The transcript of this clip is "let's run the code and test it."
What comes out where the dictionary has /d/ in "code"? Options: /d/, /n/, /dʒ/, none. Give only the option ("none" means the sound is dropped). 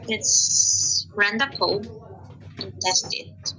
none